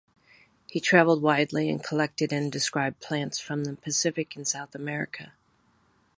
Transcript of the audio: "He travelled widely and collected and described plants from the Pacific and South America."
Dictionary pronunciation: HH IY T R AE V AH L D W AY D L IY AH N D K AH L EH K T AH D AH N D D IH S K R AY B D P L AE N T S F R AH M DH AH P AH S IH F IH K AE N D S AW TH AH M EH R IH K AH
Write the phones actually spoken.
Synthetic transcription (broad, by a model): HH IY T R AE V L D W AY D L IY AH N K AH L EH K T AH D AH N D D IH S K R AY B P L AE N T S F R AH M DH AH P AH S IH F IH K N S AW TH AH M EH R IH K AH